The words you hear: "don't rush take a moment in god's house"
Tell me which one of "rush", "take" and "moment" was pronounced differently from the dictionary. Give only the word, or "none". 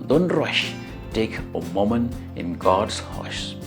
moment